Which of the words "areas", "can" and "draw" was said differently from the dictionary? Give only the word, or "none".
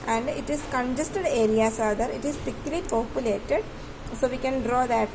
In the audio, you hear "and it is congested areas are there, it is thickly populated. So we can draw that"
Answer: areas